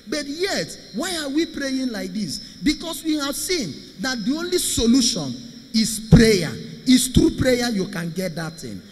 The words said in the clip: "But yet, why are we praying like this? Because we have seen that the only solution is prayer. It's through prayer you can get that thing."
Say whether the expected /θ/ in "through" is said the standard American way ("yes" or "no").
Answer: no